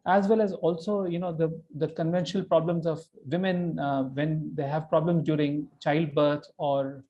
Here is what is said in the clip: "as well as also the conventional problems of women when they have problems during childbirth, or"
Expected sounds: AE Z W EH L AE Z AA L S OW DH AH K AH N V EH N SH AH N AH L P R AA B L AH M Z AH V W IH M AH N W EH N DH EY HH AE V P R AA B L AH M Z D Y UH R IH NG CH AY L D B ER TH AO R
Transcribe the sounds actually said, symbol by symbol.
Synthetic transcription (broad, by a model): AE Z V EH L AE Z AA L S OW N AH K AH N V EH N SH AH N AH L P R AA B L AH M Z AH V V IH M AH N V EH N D EY HH AE V P R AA B L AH M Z D Y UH R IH NG CH AY L D B ER T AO R